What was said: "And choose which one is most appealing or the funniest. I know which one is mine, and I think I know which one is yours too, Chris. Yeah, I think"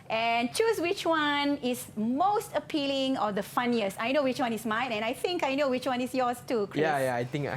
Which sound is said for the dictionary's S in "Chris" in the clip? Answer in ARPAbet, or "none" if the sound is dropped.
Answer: none